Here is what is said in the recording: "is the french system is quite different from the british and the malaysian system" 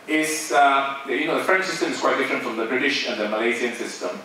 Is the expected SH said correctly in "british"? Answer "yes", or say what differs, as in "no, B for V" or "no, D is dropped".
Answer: yes